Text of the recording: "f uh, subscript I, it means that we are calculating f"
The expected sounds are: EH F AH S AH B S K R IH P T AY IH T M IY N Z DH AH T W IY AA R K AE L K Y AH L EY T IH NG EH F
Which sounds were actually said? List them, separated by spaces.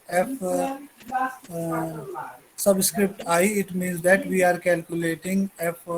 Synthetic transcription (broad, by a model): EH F S AH B S K R IH P T AY IH T M IY N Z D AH T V IY AA R K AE L K Y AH L EY T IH NG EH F